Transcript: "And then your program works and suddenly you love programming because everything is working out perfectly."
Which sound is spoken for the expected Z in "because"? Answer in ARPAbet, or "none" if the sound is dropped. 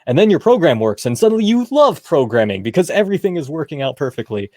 Z